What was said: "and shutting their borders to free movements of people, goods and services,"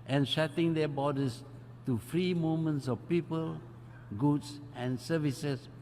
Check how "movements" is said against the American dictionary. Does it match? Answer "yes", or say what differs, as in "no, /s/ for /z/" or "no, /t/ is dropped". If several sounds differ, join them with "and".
no, /v/ is dropped